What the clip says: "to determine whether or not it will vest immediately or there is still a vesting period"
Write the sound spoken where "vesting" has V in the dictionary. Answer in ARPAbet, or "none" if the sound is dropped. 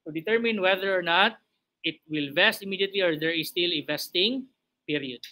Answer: V